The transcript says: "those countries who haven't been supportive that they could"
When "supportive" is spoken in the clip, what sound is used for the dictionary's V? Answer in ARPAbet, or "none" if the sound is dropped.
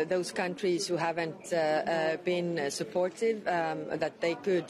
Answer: V